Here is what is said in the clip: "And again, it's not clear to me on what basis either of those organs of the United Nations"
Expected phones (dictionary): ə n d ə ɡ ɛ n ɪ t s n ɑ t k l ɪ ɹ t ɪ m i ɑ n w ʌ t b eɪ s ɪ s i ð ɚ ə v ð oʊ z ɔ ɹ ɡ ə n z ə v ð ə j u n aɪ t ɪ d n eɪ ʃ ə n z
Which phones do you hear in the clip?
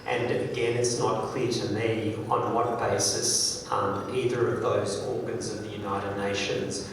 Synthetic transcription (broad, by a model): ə n ə ɡ ɛ n ɪ t s n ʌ t k l ɪ ɹ t ɪ m i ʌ n w ʌ t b eɪ s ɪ s i ð ɚ ə v ð oʊ z ɔ ɹ ɡ ə n z ə v ð ə j u n aɪ t ɪ d n eɪ ʃ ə n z